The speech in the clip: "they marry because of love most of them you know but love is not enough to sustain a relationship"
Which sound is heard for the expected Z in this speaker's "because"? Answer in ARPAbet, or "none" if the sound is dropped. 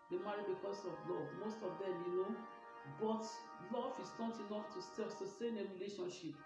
S